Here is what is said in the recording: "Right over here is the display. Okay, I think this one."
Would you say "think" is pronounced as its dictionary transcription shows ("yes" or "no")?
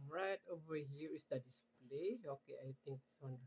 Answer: no